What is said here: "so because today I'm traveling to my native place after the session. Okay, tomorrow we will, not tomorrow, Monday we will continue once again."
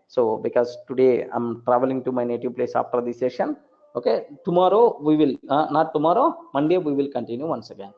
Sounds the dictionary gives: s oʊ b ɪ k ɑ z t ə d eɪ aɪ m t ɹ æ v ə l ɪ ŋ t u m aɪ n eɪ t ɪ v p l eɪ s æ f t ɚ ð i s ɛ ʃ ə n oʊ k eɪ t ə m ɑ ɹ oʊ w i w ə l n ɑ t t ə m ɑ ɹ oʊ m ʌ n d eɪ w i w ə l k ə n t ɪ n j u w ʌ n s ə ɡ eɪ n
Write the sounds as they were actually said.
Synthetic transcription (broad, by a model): s oʊ b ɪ k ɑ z t ə d eɪ aɪ m t ɹ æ v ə l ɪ ŋ t u m aɪ n eɪ t ɪ v p l eɪ s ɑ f t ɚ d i s ɛ ʃ ə n oʊ k eɪ t ə m ɑ ɹ oʊ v i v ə l n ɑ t t ə m ɑ ɹ oʊ m ʌ n d eɪ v i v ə l k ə n t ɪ n j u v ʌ n s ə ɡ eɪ n